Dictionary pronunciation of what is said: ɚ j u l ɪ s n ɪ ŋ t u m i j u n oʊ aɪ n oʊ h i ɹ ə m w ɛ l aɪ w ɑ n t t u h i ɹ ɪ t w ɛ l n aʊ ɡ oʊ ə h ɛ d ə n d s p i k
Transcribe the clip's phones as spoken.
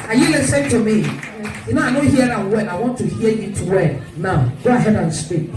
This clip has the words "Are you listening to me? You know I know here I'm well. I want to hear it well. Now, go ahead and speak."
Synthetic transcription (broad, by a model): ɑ j u l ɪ s ɪ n t u m i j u n oʊ aɪ n oʊ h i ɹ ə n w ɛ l aɪ w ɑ n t t u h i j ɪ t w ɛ n n aʊ ɡ oʊ ə h ɛ d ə n s p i k